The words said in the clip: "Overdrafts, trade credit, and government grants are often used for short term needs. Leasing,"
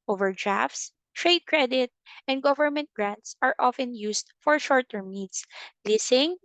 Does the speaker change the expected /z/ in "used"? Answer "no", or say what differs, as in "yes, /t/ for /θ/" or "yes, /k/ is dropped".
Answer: yes, /s/ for /z/